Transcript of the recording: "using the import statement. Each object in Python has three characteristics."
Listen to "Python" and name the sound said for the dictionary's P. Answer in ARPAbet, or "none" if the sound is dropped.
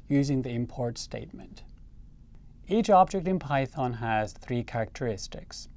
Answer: P